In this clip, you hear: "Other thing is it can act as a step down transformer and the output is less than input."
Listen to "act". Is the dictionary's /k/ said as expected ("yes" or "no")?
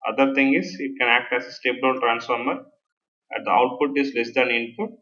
yes